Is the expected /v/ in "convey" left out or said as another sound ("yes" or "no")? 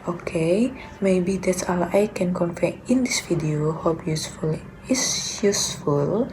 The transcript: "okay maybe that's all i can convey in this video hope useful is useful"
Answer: yes